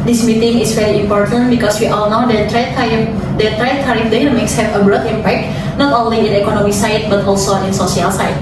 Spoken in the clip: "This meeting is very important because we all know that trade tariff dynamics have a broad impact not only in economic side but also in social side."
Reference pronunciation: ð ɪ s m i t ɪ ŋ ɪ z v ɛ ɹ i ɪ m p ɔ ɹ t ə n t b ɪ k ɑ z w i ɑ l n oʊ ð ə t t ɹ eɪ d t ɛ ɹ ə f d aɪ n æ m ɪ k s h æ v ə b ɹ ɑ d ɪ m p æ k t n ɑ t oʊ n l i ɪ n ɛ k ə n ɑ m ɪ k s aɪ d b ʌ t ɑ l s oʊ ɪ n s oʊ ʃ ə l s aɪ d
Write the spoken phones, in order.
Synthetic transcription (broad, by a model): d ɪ s m i t ɪ ŋ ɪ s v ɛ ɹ i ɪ m p ɔ ɹ t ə n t b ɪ k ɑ s w i ɑ l n oʊ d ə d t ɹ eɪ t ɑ ɹ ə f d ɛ m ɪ k s h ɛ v ə b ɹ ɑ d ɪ m p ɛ k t n ɑ t oʊ n l i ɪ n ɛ k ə n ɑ m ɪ s aɪ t b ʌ t ɑ l s oʊ ɪ n s oʊ s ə l s aɪ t